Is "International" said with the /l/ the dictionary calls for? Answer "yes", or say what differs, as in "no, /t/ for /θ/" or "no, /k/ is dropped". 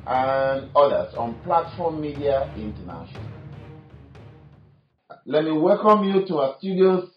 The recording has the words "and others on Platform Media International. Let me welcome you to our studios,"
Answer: no, /n/ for /l/